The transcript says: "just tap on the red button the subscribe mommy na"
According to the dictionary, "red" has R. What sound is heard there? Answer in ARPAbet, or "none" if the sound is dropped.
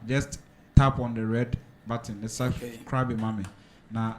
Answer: R